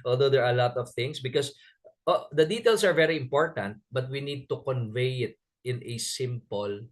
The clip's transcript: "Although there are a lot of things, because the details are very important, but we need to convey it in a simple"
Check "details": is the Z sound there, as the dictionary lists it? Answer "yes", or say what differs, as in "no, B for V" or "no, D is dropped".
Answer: no, S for Z